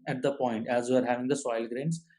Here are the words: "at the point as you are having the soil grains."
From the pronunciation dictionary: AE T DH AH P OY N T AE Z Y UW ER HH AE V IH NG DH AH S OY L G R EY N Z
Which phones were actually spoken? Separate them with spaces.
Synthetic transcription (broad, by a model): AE T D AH P OY N T AE Z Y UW ER HH AE V IH NG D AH S OY L G R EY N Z